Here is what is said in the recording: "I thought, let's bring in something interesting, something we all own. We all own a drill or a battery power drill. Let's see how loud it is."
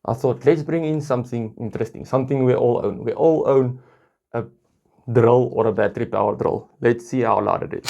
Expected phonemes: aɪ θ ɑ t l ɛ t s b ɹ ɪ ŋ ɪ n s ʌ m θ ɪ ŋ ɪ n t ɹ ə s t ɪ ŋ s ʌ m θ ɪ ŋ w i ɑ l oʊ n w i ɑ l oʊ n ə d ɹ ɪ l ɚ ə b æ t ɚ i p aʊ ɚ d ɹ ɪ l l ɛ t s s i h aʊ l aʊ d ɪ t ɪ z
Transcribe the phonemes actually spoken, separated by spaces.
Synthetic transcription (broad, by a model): aɪ θ ɑ t l ɛ t s b ɹ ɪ ŋ ɪ n s ʌ m θ ɪ ŋ ɪ n t ɹ ə s t ɪ ŋ s ʌ m θ ɪ ŋ w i ɑ l oʊ n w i ɑ l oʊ n ə d ɹ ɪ l ɚ ə b æ t ɚ i p aʊ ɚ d ɹ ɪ l l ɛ t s s i h aʊ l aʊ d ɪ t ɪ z